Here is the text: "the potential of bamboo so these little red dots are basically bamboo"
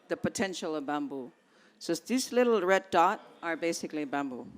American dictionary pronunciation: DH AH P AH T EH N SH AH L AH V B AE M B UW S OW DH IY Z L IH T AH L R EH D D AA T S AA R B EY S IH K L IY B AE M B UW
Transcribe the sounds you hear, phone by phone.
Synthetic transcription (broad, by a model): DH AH P AH T EH N SH AH L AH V B AE M B UW S OW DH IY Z L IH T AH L R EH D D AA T AA R B EY S IH K L IY B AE M B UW